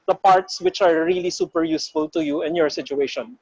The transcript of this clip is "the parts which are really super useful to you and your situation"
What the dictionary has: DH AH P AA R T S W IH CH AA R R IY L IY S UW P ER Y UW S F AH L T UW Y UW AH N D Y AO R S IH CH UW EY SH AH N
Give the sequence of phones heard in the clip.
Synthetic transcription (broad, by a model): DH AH P AA R T S W IH CH AA R R IY L IY S UW P ER Y UW S F AH L T UW Y UW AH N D Y AO R S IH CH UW EY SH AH N